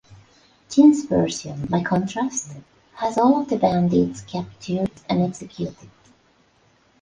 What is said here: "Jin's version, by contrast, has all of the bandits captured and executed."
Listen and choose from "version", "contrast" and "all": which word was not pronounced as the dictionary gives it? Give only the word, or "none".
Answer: version